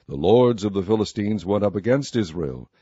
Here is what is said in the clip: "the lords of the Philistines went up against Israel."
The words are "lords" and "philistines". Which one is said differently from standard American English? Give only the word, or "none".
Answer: none